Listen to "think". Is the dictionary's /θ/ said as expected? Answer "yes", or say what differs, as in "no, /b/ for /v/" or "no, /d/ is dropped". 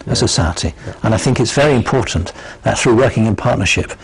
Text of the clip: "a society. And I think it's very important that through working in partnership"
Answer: yes